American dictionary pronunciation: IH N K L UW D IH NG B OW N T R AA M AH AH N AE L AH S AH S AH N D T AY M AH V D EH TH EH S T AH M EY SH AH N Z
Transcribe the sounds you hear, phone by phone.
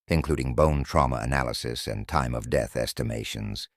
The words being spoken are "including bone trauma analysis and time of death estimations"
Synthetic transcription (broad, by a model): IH N K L UW D IH NG B OW N T R AA M AH AH N AE L AH S AH S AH N T AY M AH V D EH TH EH S T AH M EY SH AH N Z